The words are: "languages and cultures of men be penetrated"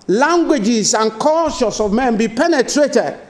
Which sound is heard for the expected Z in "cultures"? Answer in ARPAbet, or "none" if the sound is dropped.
S